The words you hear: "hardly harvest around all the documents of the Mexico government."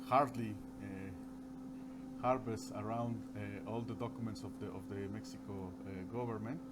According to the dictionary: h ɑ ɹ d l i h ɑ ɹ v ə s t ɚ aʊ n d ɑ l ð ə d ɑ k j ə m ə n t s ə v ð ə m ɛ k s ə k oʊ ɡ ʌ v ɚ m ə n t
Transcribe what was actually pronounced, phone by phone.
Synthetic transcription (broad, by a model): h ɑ ɹ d l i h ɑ ɹ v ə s ɚ aʊ n d ɑ l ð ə d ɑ k j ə m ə n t s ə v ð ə m ɛ k s ə k oʊ ɡ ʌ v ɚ m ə n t